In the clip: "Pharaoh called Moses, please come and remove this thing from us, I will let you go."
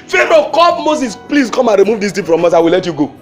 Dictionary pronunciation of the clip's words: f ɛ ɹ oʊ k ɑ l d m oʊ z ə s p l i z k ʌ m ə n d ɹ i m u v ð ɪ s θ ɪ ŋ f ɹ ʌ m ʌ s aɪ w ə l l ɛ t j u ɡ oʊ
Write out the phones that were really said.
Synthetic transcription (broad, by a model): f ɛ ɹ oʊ k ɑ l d m oʊ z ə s p l i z k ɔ m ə n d ɹ i m u v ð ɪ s t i f ɹ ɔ m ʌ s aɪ w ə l l ɛ t j u ɡ oʊ